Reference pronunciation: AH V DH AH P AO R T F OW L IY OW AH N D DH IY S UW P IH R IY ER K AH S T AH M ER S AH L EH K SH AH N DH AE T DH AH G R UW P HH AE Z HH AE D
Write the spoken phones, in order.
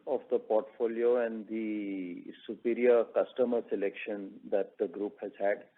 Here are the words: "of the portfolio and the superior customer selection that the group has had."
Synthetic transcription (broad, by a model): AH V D AH P AO R T F OW L IY OW AH N D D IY S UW P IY R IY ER K AH S T AH M ER S AH L EH K SH AH N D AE T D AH G R UW P HH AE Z HH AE D